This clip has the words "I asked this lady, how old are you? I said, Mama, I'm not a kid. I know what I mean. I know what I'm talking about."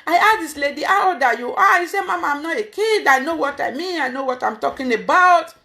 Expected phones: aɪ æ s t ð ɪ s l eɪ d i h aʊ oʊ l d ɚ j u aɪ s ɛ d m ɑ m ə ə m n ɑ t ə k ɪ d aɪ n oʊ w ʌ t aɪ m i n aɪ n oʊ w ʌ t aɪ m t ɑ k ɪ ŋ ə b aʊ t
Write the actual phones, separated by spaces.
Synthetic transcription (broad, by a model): aɪ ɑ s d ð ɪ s l eɪ d i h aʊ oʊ d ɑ j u aɪ s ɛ m ɑ m ə ə m n ɑ t ə k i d aɪ n oʊ w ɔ t aɪ m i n aɪ n oʊ w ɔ t aɪ m t ɑ k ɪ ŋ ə b aʊ t